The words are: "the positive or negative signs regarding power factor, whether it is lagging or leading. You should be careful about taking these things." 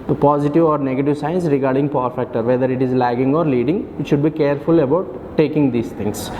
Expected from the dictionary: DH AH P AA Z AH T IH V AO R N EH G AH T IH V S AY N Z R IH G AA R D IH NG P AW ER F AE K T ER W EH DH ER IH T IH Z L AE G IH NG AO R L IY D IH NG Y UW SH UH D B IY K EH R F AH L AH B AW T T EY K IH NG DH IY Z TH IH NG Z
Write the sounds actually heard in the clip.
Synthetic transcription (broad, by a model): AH P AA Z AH T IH V AO R N EH G AH T IH V S AY N S R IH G AA R D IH NG P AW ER F AE K T ER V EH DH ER IH T IH Z L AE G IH NG AO R L IY D IH NG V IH SH UH D B IY K EH R F AH L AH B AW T T EY K IH NG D IY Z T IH NG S